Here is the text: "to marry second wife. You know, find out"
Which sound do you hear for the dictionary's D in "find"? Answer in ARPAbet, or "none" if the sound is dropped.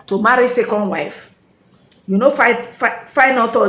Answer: none